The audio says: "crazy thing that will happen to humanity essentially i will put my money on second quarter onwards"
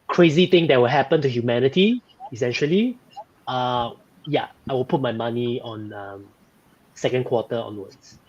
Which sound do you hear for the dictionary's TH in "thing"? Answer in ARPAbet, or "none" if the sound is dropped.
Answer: T